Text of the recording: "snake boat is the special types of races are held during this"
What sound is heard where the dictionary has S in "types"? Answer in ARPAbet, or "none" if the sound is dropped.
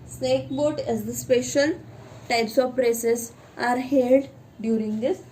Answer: S